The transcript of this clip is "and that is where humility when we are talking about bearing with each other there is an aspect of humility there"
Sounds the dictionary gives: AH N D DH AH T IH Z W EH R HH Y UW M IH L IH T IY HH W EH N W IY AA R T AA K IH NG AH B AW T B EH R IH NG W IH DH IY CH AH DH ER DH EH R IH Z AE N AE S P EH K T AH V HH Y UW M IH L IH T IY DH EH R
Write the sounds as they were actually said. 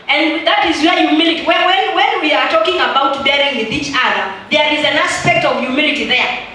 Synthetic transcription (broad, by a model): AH N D DH AH T IH Z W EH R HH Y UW M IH L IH T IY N W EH N W IY AA R T AA K IH NG AH B AW T B EH R IH NG W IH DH IY CH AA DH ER DH EH R IH Z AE N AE S P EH K T AH V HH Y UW M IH L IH T IY DH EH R